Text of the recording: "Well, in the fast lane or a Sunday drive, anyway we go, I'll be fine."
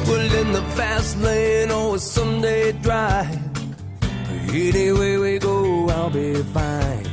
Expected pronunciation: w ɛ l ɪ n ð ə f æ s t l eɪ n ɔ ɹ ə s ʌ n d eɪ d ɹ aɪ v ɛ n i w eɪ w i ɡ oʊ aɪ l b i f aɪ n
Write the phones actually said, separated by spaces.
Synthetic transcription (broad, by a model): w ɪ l ɪ n ð ə f æ s t l eɪ n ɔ l ə s ʌ n d eɪ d ɹ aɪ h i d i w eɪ w i ɡ oʊ aɪ l b i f aɪ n